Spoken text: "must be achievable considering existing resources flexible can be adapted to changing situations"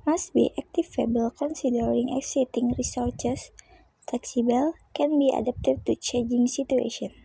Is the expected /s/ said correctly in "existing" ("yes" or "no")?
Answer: no